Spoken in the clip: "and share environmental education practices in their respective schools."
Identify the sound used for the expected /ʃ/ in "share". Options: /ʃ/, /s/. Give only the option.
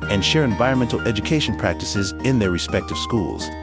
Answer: /ʃ/